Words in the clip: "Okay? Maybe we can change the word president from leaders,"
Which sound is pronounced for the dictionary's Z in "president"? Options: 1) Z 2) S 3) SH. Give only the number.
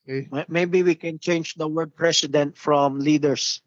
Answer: 2